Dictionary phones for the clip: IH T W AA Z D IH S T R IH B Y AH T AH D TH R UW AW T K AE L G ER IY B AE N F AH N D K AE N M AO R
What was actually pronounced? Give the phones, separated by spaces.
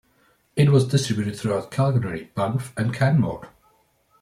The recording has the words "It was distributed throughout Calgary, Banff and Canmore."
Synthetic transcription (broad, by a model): IH T W AA Z D IH S T R IH B Y AH T AH D TH R UW AW T K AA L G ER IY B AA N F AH N K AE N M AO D